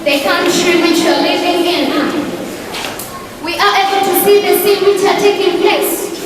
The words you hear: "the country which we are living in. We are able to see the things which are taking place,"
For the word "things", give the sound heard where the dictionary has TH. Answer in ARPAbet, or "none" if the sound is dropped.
S